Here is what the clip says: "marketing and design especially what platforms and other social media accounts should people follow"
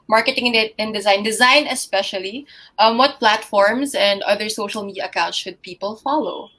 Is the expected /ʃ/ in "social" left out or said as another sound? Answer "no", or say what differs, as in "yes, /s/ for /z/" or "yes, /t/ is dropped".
no